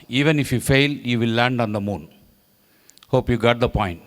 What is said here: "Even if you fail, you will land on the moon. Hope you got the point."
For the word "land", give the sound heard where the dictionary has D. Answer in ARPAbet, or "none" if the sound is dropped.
D